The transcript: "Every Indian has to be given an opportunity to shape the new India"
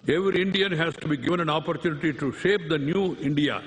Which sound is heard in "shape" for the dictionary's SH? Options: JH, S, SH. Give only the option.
SH